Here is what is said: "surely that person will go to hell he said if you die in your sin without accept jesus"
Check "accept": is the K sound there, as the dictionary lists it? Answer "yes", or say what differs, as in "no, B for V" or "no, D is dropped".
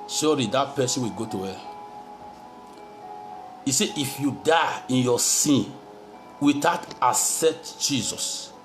no, K is dropped